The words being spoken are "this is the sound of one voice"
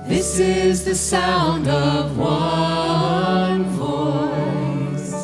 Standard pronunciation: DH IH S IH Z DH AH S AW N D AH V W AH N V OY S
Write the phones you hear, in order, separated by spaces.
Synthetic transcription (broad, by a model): DH IH S IH Z DH AH S AW N D AH V W AH N V OY S